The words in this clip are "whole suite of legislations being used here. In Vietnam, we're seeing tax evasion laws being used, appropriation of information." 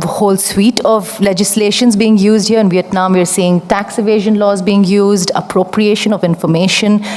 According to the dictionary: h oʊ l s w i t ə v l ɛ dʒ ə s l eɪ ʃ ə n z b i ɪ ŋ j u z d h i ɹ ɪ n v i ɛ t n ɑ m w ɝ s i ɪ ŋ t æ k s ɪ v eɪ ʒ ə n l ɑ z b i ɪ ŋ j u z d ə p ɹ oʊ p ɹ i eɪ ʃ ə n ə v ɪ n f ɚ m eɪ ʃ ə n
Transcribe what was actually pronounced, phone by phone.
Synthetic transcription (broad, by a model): h oʊ l s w i t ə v l ɛ dʒ ə s l eɪ ʃ ə n z b i ɪ ŋ j u z d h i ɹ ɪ n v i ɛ t n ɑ m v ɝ s i ɪ ŋ t æ k s ɪ v eɪ ʒ ə n l ɑ z b i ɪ ŋ j u z d ə p ɹ oʊ p ɹ i eɪ ʃ ə n ə v ɪ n f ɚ m eɪ ʃ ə n